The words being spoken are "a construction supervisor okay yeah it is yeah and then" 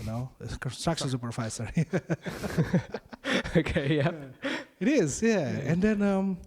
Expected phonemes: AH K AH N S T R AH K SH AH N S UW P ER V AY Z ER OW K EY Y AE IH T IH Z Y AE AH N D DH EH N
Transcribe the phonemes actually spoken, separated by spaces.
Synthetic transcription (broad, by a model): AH K AH N S T R AH K SH AH N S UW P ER F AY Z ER OW K EY Y AE IH T IH Z Y AE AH N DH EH N